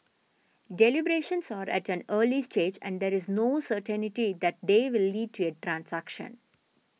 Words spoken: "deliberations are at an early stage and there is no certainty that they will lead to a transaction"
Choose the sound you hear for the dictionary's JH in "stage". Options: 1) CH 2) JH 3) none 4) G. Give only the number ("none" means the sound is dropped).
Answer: 2